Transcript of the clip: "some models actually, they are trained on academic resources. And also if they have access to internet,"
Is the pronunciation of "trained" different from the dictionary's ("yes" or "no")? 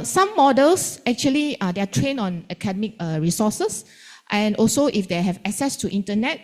yes